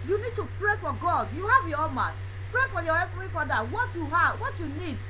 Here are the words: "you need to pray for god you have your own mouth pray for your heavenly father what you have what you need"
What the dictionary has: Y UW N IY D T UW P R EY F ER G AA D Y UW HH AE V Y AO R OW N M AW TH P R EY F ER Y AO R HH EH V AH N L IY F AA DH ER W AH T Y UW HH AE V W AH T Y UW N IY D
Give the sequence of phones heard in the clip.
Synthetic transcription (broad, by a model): Y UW N IY D T UW P R EY F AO G AA D Y UW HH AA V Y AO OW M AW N P R EY F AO Y AO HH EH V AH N IY F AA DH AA W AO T Y UW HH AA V W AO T Y UW N IY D